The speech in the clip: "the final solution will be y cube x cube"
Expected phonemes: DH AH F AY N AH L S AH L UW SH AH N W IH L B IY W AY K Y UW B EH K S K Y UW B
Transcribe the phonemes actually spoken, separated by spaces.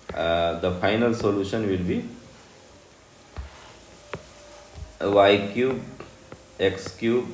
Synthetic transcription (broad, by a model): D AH F AY N AH L S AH L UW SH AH N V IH L B IY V AY K Y UW B EH K S K Y UW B